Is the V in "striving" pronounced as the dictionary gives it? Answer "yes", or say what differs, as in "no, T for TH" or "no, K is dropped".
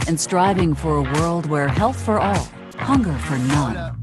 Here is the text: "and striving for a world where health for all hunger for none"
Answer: yes